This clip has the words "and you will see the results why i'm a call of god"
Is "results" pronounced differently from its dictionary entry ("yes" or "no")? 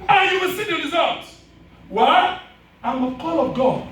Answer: yes